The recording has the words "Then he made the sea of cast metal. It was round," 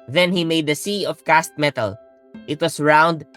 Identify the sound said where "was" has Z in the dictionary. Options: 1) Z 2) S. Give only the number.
2